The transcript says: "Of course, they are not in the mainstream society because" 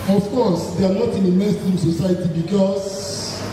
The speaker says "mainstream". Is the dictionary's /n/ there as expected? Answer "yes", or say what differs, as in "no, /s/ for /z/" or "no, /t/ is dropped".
no, /n/ is dropped